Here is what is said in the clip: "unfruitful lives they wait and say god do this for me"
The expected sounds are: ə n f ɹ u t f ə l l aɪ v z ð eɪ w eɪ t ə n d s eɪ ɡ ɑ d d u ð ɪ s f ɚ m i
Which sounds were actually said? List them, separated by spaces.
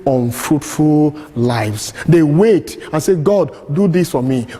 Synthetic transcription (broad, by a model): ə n f ɹ u t f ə l l aɪ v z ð eɪ w eɪ t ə n s eɪ ɡ ɑ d d u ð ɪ s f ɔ m i